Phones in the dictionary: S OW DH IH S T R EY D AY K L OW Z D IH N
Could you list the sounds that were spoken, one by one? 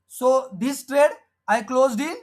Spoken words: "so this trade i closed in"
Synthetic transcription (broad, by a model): S OW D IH S T R EY D AY K L OW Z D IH